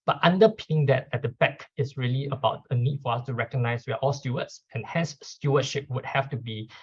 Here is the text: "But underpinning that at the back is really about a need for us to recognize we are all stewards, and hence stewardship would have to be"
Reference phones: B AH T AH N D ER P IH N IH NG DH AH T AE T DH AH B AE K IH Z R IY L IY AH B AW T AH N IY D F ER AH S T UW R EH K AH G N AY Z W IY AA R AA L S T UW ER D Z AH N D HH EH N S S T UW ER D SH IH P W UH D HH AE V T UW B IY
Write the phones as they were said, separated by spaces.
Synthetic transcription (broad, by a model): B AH T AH N D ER P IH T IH NG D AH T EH T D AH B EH K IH S R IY L IY AH B AW T AH N IY D F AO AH S T UW R EH K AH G N AY S W IY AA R AA L S T UW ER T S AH N HH EH N S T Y UW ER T SH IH P W UH D HH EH F T UW B IY